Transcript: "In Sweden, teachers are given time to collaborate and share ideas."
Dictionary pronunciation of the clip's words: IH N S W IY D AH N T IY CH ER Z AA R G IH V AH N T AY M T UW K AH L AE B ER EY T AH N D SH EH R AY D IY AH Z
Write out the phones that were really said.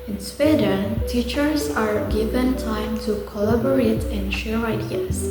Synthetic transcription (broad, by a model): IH N S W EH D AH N T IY CH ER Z AA R G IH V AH N T AY M T UW K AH L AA B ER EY T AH N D SH EH R AY D IY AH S